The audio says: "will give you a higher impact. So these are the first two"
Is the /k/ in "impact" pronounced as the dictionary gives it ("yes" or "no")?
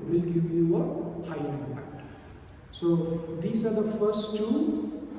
no